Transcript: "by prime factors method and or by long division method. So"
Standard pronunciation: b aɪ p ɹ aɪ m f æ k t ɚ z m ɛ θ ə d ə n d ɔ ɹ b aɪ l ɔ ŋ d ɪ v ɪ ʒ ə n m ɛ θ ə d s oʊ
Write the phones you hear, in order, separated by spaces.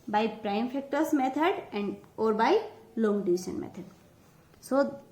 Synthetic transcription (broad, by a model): b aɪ p ɹ aɪ m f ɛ k t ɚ s m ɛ t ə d ə n d ɔ ɹ b aɪ l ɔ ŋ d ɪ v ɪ ʃ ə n m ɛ t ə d s oʊ